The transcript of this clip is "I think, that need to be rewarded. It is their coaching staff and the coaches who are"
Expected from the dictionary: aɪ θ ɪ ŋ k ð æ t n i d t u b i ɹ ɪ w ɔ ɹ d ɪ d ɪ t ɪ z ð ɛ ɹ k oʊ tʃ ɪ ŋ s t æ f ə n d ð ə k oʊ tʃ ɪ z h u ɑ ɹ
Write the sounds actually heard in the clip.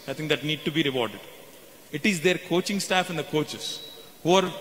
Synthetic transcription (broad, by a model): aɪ t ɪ ŋ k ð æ t n i d t u b i ɹ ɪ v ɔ ɹ d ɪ d ɪ t ɪ z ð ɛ ɹ k oʊ tʃ ɪ ŋ s t æ f ə n d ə k oʊ tʃ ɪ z h u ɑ ɹ